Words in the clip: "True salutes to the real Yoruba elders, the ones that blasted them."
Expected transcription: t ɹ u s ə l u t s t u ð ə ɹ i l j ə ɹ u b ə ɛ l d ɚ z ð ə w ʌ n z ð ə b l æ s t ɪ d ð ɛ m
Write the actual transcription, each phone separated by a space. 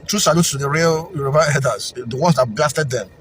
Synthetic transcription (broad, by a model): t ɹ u s ə l u t s t u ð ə ɹ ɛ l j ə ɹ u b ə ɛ d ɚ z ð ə w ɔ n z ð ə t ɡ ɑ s t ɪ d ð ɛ m